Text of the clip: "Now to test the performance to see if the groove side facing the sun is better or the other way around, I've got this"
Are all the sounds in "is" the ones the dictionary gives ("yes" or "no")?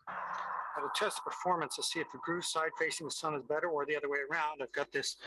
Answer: yes